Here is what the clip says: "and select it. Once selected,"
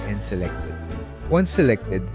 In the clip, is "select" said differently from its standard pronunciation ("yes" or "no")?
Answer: no